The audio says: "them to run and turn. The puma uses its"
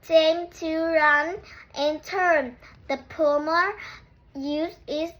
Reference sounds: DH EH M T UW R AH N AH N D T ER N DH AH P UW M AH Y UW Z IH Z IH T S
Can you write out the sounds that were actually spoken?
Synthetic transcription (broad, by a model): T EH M T UW R AH N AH N T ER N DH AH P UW M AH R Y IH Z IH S